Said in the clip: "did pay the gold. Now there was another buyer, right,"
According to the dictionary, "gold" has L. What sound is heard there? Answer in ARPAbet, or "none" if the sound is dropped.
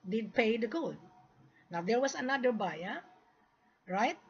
none